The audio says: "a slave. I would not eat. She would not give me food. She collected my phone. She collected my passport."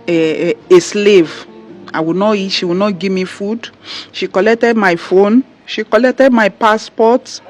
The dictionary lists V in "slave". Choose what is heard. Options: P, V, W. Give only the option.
V